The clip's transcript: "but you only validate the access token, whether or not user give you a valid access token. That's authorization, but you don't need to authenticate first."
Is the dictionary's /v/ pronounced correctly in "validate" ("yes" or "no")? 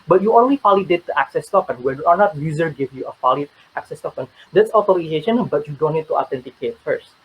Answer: no